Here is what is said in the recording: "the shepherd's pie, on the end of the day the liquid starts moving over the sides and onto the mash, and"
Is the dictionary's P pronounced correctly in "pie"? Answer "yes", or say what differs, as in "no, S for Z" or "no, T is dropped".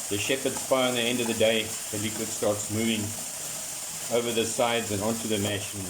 no, F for P